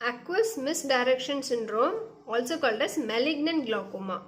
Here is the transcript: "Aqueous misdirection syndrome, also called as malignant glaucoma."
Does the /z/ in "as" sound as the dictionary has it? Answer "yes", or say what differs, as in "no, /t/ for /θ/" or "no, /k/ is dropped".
no, /s/ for /z/